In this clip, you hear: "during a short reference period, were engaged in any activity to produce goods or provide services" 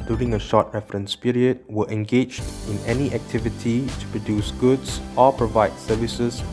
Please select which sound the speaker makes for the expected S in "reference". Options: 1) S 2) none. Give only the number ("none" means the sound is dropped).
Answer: 1